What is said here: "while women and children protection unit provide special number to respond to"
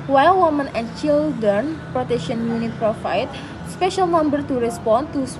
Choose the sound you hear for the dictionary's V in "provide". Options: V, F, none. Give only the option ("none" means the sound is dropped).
F